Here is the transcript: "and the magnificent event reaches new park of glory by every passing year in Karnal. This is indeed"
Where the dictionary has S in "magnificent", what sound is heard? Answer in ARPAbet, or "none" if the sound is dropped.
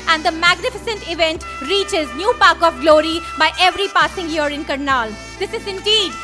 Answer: S